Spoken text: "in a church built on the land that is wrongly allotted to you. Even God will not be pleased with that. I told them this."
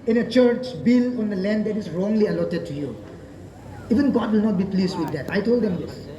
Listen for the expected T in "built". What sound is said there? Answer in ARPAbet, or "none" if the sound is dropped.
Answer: none